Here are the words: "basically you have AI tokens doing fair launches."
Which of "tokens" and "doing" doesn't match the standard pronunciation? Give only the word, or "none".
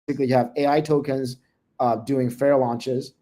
none